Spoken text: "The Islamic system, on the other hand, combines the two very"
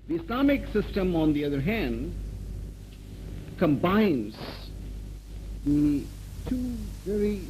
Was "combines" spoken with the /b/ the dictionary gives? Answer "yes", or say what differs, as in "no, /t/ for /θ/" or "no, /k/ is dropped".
yes